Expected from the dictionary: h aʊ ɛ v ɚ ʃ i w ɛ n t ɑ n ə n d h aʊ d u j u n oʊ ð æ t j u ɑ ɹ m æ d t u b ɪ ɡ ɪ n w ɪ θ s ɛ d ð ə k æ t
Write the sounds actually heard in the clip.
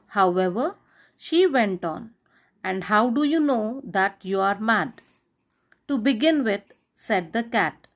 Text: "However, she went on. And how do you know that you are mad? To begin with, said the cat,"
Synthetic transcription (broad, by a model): h aʊ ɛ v ɚ ʃ i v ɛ n t ɑ n ə n d h aʊ d u j u n oʊ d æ t j u ɑ ɹ m æ d t u b ɪ ɡ ɪ n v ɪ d s ɛ d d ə k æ t